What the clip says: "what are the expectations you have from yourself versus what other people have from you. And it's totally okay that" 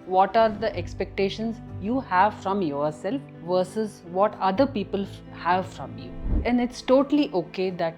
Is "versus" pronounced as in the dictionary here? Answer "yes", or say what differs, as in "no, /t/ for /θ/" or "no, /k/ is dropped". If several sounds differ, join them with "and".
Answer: yes